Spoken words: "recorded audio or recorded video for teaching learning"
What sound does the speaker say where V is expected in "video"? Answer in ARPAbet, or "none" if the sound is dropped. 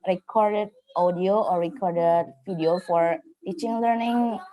F